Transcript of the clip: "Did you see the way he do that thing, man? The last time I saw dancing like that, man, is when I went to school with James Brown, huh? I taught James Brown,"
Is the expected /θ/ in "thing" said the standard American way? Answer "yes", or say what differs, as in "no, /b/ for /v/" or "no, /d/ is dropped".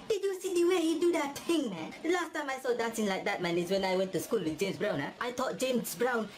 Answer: no, /t/ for /θ/